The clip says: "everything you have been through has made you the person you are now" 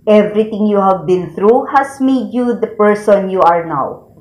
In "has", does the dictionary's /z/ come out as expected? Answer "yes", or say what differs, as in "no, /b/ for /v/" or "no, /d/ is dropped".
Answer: no, /s/ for /z/